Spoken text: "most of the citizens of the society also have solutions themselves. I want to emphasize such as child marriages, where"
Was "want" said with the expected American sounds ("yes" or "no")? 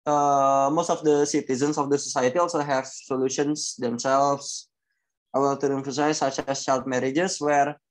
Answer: no